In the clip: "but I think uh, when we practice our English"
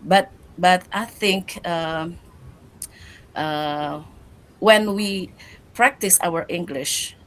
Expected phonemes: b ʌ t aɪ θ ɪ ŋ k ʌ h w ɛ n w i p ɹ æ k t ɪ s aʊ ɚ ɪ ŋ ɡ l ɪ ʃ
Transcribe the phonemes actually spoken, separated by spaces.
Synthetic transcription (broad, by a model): b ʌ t aɪ θ ɪ ŋ k ʌ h w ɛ n w i p ɹ æ k t ɪ s aʊ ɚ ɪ ŋ ɡ l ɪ ʃ